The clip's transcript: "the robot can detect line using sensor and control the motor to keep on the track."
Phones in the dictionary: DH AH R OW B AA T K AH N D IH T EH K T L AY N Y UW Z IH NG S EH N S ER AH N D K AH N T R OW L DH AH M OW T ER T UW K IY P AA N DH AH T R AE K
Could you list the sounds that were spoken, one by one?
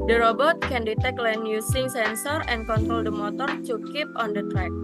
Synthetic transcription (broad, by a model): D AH R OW B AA T K AH N D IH T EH K L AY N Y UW S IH NG S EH N S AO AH N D K AH N T R OW L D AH M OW T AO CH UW K IY P AA N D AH T R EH K